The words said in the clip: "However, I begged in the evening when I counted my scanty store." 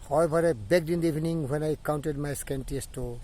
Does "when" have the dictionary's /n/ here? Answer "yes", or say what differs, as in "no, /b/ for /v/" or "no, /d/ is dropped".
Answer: yes